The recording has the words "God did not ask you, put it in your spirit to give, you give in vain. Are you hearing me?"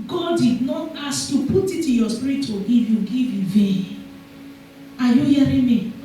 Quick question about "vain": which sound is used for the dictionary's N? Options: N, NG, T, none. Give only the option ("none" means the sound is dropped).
none